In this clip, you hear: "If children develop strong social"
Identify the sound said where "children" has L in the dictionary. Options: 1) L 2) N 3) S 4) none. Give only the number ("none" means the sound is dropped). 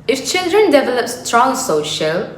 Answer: 1